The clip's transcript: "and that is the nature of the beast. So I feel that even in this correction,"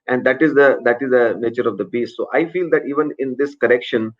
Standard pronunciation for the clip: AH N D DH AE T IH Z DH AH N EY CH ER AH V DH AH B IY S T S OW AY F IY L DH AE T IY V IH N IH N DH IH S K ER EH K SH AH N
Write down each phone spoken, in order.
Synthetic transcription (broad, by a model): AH N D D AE T IH Z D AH N EY CH ER AH V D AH B IY S T S OW AY F IY L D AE T IY V IH N IH N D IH S K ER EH K SH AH N